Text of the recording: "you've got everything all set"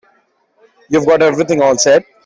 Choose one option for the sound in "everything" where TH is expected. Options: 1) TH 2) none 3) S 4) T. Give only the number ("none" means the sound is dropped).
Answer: 4